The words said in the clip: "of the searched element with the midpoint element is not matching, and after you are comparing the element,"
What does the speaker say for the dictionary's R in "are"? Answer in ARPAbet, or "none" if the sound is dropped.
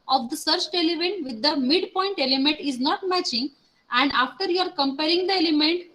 R